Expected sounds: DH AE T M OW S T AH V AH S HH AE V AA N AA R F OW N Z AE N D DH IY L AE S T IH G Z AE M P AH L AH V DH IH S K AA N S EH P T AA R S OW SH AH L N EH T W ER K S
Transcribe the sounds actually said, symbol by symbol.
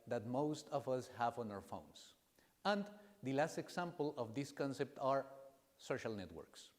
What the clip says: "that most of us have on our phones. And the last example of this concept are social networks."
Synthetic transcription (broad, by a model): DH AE T M OW S T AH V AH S HH AE V AA N AA R F OW N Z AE N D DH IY L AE S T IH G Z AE M P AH L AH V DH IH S K AA N S EH P T AA R S OW SH AH L N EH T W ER K S